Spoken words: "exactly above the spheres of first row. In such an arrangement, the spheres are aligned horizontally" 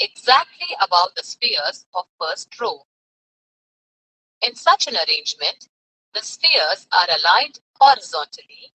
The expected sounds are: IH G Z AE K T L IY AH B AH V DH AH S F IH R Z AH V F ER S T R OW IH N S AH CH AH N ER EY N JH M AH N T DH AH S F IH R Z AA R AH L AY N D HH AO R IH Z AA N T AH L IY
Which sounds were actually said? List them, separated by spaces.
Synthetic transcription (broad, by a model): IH G Z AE K T L IY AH B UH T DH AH S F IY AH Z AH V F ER S T R OW IH N S AH CH AH N ER EY N JH M AH N T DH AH S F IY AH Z AA R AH L AY D HH AO R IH Z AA N T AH L IY